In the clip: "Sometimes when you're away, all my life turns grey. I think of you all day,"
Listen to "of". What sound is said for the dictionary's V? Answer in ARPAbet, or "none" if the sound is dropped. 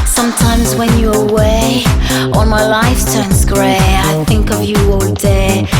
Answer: V